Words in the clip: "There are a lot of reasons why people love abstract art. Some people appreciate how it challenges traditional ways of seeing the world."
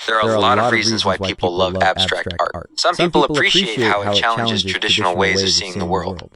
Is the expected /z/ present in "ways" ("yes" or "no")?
yes